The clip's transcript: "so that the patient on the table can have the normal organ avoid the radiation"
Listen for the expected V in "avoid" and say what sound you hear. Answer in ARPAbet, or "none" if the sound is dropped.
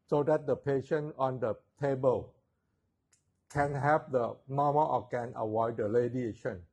W